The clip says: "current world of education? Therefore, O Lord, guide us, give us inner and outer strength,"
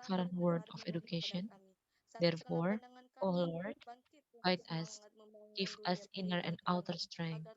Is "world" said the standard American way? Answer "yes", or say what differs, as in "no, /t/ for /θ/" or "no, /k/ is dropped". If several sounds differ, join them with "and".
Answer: no, /l/ is dropped